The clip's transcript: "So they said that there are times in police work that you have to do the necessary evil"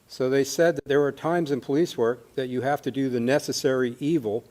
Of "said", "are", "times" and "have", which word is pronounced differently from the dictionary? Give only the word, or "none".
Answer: have